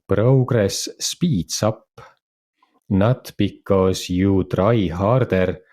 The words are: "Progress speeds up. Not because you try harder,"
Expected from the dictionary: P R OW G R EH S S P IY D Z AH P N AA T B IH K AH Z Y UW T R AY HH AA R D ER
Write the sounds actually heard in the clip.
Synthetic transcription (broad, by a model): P R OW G R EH S S P IY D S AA P N AA T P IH K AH S Y UW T R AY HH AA R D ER